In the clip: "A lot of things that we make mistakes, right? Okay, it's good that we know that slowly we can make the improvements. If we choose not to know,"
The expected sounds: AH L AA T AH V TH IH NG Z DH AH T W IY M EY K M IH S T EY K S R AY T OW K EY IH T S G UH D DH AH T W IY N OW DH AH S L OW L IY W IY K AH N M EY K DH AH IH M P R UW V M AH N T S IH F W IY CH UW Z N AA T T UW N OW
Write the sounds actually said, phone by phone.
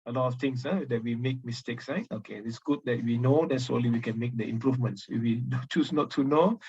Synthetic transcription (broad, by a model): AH L AA T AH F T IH NG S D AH T W IY M EY K M IH S T EY K S L AY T OW K EY IH T S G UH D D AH T W IY N OW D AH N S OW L IY W IY K AH N M EY K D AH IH M P R UW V M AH N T S IH F W IY CH UW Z N AA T T UW N OW